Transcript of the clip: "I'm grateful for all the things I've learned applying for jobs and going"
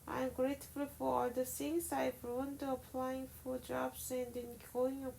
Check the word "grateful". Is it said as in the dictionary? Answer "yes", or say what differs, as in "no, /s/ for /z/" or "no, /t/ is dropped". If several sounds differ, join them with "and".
yes